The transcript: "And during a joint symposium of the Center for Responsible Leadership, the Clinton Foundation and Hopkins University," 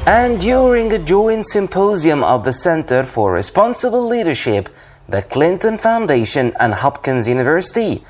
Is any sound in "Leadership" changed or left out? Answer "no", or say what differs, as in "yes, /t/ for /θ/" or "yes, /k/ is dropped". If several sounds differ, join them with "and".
no